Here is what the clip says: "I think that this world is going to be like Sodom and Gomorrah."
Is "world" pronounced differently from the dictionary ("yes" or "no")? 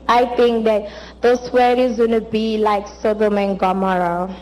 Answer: yes